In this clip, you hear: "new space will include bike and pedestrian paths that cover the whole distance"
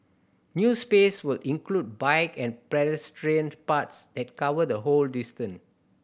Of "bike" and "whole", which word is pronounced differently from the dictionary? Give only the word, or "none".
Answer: none